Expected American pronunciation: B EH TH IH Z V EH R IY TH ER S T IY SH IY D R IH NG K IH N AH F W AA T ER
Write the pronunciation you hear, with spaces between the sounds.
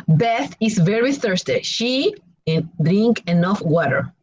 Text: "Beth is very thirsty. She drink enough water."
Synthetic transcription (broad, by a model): B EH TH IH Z V EH R IY TH ER S T IY SH IY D R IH NG K IH N AH F W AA T ER